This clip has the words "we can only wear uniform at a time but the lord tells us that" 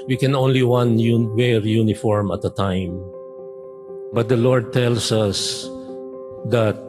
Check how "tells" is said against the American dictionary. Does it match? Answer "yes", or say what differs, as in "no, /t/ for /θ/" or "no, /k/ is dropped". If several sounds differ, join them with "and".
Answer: no, /s/ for /z/